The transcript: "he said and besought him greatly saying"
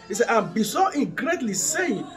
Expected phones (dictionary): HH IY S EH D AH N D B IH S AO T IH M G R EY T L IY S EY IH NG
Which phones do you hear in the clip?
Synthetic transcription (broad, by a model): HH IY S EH AH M B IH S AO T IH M G R EY T L IY S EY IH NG